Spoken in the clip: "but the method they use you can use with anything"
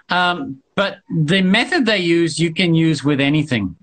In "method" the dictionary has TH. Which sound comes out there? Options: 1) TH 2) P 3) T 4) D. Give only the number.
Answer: 1